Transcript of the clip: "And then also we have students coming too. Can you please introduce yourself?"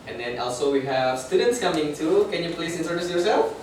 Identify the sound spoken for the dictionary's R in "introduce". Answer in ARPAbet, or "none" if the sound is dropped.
none